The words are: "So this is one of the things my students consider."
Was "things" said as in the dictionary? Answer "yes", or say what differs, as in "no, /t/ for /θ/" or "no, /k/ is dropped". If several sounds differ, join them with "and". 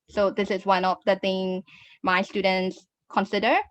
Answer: no, /z/ is dropped